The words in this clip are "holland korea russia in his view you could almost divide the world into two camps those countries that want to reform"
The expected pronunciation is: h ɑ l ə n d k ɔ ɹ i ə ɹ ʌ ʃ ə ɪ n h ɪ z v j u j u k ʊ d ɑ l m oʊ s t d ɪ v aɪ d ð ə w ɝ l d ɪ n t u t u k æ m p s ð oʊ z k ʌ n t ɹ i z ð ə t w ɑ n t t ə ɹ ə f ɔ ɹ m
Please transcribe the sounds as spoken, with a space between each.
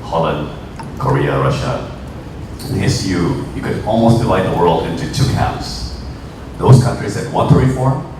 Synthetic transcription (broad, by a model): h ɑ l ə n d k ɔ ɹ i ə ɹ ʌ ʃ ə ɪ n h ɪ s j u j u k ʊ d ɑ l m oʊ s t d ɪ v aɪ d ð ə w ɝ l d ɪ n t u t u k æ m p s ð oʊ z k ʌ n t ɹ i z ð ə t w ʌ n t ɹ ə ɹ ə f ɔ ɹ